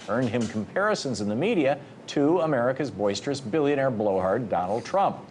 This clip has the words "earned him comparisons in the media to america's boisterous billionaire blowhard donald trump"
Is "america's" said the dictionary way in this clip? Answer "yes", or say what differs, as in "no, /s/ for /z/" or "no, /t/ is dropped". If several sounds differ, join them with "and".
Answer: yes